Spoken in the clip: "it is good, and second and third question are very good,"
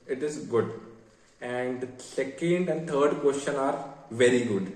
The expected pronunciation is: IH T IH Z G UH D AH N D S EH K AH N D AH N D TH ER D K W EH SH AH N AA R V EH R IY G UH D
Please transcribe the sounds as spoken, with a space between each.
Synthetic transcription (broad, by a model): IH T IH Z G UH D AH N D S EH K AH N D AH N D T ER D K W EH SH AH N AA R V EH R IY G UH D